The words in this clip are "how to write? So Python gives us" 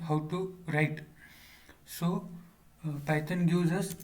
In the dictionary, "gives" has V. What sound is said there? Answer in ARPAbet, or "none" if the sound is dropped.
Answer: none